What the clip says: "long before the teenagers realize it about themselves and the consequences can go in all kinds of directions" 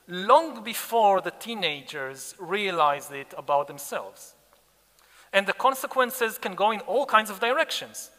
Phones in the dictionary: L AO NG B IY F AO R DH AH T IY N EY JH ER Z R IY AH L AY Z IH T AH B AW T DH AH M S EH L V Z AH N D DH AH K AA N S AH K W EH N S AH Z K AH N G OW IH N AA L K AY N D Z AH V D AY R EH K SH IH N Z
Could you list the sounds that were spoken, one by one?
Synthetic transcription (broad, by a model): L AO NG B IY F AO R DH AH T IY N EY JH ER Z R IY AH L AY Z IH T AH B AW T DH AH M S EH L V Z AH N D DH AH K AA N S AH K W EH N S AH Z K AH N G OW IH N AA L K AY N D Z AH V D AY R EH K SH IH N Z